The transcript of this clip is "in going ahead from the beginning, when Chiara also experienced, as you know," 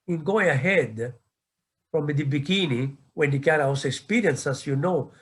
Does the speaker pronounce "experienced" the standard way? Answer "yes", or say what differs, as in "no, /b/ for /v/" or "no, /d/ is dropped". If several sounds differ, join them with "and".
no, /t/ is dropped